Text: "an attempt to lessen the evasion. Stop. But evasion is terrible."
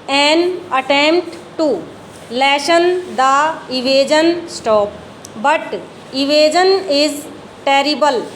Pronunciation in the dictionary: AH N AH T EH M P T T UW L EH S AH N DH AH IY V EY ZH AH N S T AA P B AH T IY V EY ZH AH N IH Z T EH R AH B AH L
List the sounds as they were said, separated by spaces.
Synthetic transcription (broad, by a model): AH N AH T EH M P T T UW L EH SH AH N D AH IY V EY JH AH N S T AA P B AH T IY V EY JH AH N IH Z T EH R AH B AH L